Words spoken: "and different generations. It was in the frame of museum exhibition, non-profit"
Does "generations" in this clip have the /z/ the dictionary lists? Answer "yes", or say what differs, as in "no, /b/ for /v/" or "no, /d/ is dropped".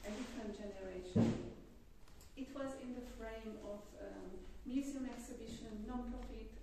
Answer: no, /z/ is dropped